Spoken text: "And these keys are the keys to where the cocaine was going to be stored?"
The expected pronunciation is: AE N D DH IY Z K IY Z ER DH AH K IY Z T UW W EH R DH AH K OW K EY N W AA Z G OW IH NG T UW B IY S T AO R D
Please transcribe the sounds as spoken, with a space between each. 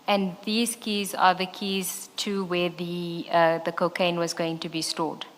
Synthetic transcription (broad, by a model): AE N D DH IY Z K IY Z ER DH AH K IY Z T UW W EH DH DH AH K OW K EY N W AA Z G OW IH NG T UW B IY S T AO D